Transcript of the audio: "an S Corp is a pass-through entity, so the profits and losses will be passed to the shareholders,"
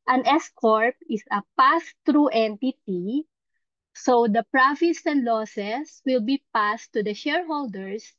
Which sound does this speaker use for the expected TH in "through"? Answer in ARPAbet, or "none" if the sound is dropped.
T